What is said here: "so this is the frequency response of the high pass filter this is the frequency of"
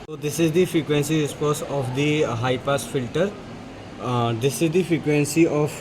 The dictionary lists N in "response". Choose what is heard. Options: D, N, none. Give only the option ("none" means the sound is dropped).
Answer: none